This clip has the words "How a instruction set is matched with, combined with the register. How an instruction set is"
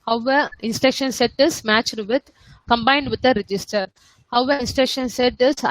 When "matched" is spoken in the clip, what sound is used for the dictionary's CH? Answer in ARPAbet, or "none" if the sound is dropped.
CH